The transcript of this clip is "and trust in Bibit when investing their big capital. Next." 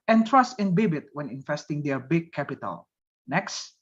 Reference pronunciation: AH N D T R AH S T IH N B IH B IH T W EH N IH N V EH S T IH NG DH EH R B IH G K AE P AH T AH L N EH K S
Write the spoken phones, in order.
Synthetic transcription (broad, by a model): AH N T R AH S T IH N B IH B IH T W EH N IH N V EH S T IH NG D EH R B IH G K AE P AH T AH L N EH K S